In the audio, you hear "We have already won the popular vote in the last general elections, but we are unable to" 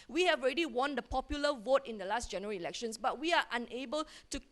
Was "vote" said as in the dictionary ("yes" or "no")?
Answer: yes